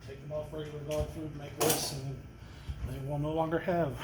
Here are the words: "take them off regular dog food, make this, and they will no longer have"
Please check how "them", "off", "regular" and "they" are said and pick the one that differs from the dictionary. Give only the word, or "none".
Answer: regular